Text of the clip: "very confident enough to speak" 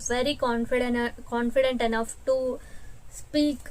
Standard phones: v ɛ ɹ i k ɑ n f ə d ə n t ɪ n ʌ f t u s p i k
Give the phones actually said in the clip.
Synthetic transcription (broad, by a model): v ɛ ɹ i k ɑ n f ə d ə n t ɪ n ʌ f t u s p i k